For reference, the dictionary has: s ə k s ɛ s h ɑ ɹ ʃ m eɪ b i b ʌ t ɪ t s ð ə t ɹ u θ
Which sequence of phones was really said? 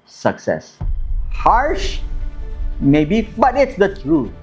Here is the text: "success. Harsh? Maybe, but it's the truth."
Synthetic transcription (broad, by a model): s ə k s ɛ s h ɑ ɹ ʃ m eɪ b i b ʌ t ɪ t s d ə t ɹ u